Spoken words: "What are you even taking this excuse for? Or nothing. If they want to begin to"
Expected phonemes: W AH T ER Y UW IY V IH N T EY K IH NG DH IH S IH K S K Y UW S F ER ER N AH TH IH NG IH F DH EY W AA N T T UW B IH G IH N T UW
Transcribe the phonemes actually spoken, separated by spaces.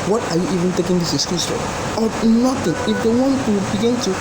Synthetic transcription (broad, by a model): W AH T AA Y UW IY V IH N T EY K IH NG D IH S IH K S K Y UW S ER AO N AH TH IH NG IH F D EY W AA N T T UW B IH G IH N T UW